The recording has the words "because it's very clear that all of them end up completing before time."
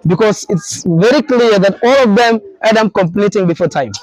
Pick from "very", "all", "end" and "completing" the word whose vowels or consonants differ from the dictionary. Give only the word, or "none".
end